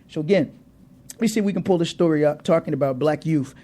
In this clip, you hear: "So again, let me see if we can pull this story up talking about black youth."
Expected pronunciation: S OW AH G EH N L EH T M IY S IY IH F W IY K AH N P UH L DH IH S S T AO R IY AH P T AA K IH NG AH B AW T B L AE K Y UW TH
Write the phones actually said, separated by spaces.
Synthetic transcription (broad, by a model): S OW AH G EH N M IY S IY W IY K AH N P UH L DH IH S S T AO R IY AH P T AA K IH NG AH B AW T B L AE K Y UW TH